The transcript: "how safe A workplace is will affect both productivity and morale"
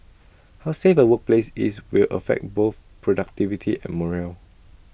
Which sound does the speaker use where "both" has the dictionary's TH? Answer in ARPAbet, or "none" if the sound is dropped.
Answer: TH